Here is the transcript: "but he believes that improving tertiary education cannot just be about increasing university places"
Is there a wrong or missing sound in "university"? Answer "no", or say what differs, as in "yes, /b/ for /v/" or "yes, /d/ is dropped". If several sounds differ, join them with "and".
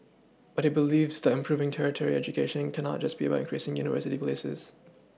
no